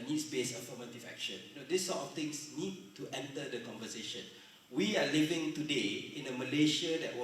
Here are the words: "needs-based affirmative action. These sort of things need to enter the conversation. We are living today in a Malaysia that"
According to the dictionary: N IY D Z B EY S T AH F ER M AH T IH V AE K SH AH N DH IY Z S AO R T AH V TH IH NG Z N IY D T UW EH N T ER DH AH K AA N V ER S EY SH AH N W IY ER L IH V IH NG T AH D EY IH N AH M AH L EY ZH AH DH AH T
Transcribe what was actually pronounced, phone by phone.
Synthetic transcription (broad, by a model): N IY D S B EY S AH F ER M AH T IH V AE K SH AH N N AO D S AO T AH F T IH NG S N IY D T UW EH N T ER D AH K AA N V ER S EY SH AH N W IY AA L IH V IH NG T AH D EY IH N AH M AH L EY SH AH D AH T